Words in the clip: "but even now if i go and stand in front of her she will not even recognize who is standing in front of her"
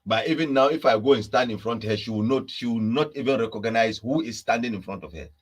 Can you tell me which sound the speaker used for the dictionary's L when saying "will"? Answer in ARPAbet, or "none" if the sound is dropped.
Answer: W